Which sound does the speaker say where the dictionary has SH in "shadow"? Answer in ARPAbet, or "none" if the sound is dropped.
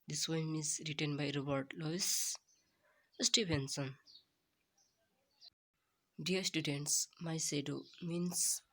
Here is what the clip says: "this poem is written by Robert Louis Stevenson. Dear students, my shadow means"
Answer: S